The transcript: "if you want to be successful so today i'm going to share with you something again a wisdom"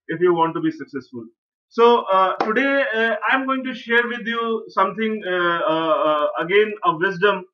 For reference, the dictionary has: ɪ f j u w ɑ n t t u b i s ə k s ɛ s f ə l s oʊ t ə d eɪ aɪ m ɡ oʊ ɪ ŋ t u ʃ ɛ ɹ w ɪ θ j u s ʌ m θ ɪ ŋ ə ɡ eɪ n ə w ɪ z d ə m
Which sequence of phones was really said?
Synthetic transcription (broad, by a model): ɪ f j u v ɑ n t t u b i s ə k s ɛ s f ə l s oʊ t ə d eɪ aɪ m ɡ oʊ ɪ ŋ t u ʃ ɛ ɹ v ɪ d j u s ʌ m t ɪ ŋ ə ɡ eɪ n ə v ɪ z d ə m